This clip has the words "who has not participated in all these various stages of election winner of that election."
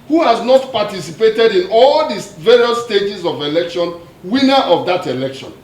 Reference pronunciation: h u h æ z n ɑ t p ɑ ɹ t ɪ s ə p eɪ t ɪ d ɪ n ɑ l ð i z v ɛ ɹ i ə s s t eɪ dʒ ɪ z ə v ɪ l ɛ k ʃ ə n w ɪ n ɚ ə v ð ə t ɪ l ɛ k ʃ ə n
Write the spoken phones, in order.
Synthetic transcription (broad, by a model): h u h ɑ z n ɑ t p ɑ t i s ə p eɪ t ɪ d ɪ n ɑ l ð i v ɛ ɹ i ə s s t eɪ dʒ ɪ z ə v ɪ l ɛ k ʃ ə n w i n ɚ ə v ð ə t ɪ l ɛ k ʃ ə n